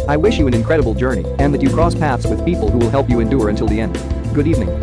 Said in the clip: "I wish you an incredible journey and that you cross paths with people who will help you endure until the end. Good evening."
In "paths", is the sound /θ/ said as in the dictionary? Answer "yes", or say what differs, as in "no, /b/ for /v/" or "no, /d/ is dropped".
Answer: yes